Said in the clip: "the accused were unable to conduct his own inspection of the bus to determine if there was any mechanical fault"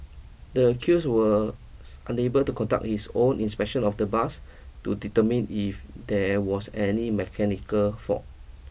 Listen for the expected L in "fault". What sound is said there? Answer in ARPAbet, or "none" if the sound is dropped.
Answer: none